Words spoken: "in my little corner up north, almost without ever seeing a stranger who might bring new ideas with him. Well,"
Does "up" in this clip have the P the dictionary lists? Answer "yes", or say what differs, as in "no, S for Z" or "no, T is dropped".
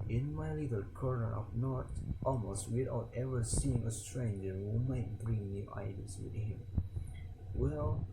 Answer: no, F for P